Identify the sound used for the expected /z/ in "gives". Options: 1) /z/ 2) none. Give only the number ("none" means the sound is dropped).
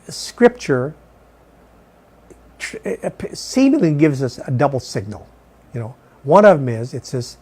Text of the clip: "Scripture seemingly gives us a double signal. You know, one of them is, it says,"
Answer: 1